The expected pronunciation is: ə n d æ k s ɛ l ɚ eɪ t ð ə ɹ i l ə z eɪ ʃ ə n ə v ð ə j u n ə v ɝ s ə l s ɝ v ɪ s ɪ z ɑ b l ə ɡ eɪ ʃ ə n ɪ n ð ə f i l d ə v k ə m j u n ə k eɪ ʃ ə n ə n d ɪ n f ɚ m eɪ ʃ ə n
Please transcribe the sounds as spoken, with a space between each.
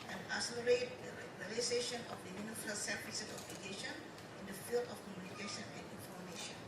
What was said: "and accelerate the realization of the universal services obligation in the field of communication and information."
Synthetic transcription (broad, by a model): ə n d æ s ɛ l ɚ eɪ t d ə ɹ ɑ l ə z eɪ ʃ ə n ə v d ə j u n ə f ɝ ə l s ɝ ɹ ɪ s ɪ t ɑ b l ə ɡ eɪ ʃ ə n ɪ n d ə f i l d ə f k ə m j u n ə k eɪ ʃ ə n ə n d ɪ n f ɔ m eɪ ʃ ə n